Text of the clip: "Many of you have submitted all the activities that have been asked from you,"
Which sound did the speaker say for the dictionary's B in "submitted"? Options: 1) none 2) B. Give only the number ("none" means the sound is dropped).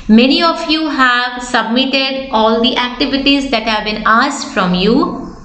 2